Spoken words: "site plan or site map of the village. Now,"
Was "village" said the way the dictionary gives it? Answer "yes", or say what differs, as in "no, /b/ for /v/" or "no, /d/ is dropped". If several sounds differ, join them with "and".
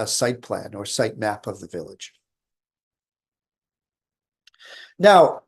yes